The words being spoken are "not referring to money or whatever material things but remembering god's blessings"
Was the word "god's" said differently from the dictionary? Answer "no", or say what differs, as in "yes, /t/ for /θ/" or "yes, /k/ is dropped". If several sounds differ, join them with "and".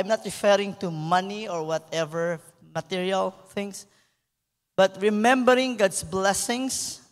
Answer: yes, /s/ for /z/